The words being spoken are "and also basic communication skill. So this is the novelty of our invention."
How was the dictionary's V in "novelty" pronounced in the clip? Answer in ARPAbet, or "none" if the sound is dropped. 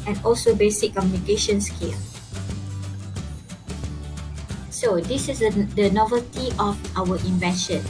V